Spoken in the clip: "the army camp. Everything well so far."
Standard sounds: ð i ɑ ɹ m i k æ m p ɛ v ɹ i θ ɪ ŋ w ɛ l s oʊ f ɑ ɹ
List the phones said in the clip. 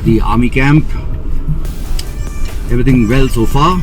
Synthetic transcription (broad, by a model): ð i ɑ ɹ m i k æ m p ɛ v ɹ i t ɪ ŋ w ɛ l s oʊ f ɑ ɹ